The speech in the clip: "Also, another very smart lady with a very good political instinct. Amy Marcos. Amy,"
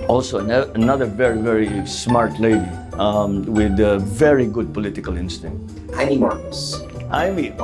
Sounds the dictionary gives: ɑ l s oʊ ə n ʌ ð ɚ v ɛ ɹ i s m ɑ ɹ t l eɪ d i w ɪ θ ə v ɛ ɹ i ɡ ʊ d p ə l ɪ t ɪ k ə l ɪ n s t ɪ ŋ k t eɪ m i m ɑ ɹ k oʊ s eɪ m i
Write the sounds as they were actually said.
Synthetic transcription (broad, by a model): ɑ l s oʊ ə n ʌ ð ɚ v ɛ ɹ i s m ɑ ɹ t l eɪ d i w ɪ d ə v ɛ ɹ i ɡ ʊ d p ə l ɪ t ɪ k ə l ɪ n s t ɪ ŋ k t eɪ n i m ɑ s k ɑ ɪ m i